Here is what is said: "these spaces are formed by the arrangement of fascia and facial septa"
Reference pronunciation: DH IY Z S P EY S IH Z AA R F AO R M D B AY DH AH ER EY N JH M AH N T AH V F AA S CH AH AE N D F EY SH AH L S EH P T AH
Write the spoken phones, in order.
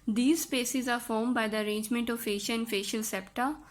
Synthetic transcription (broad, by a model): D IY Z S P EY S IH Z AA R F AO R M D B AY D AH ER EY N JH M AH N T AH V F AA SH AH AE N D F EY SH AH L S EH P T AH